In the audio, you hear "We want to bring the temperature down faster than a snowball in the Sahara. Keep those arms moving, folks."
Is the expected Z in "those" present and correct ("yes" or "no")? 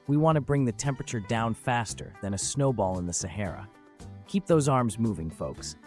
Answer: yes